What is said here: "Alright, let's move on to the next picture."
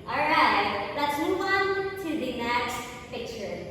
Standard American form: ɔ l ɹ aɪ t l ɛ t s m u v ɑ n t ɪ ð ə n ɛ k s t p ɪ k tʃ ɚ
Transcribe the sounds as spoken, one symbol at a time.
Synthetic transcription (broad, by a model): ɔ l ɹ aɪ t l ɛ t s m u w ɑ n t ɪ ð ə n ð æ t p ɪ k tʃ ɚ